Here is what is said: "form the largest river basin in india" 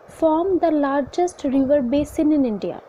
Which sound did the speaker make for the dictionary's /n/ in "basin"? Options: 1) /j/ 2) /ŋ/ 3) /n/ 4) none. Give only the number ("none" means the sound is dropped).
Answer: 3